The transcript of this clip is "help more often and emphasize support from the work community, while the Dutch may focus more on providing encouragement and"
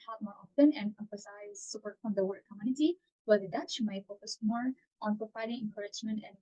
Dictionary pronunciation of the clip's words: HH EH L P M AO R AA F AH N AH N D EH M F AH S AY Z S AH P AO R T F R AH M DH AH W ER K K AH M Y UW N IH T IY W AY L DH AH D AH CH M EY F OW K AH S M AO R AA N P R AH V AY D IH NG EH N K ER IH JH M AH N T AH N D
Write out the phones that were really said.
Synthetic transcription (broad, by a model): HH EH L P M AO R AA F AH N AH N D EH M F AH S AY Z S AH P AO R T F R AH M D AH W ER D K AH M Y UW N IH T IY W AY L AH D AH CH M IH F OW K AH S M AO R AA N P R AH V AY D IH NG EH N K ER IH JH M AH N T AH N